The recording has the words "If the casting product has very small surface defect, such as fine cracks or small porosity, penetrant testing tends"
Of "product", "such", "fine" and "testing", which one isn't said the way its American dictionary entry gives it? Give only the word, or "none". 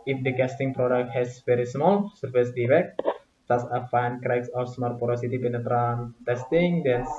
such